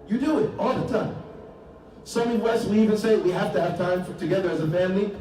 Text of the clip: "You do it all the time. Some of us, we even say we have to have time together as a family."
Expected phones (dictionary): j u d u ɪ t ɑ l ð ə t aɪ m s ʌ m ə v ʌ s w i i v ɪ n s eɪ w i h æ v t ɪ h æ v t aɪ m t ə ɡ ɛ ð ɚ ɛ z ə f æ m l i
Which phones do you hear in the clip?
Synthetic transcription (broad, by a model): j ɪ d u ɪ t ɑ l ð ə t aɪ m s ʌ m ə w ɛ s w i i v ɪ n s eɪ w i h æ f t ɪ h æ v t aɪ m t ə ɡ ɛ ð ɚ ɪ z ə f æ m l i